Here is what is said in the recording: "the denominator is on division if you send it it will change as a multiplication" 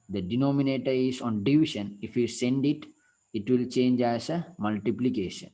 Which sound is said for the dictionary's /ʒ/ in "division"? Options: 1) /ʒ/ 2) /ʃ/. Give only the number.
2